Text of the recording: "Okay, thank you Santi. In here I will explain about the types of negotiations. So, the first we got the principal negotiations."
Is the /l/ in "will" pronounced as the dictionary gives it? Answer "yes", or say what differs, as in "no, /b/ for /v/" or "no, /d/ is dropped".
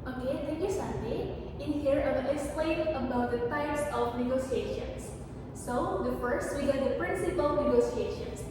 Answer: no, /n/ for /l/